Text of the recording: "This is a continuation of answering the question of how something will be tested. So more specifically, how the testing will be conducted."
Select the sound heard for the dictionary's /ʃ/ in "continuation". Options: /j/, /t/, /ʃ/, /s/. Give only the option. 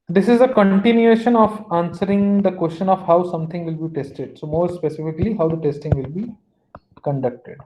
/ʃ/